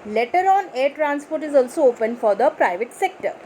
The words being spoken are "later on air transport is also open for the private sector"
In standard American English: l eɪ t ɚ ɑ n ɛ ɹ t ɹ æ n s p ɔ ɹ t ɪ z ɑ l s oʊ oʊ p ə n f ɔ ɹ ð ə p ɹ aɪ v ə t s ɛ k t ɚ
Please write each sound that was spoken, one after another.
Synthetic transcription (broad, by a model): l eɪ t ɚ ɑ n ɛ ɹ t ɹ æ n s p ɔ ɹ t ɪ z ɑ l s oʊ oʊ p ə n f ɔ ɹ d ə p ɹ aɪ v ə t s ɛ k t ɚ